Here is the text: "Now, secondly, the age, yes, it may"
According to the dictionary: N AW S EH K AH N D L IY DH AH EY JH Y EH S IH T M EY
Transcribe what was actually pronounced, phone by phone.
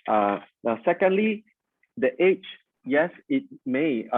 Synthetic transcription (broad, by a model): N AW S EH K AH N D L IY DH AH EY CH Y EH S IH T M EY